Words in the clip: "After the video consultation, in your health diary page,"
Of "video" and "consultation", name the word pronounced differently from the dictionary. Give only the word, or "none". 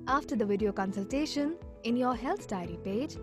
none